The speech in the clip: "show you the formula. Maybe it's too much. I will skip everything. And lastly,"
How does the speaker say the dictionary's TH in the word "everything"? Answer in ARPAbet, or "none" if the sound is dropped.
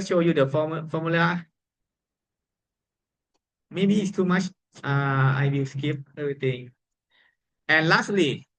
T